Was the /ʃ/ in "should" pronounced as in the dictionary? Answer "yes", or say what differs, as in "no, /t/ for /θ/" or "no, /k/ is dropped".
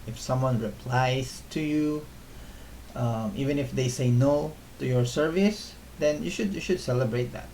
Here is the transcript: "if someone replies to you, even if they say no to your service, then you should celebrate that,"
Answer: yes